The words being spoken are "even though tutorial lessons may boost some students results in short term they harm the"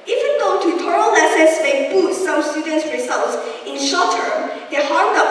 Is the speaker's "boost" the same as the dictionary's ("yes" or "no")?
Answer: no